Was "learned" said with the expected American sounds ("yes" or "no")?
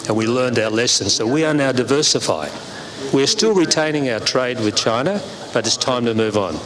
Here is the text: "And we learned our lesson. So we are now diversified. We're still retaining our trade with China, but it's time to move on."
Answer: yes